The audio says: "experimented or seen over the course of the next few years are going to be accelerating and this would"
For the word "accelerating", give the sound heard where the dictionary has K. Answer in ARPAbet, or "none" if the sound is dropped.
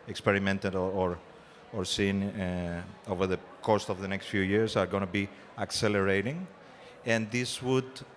K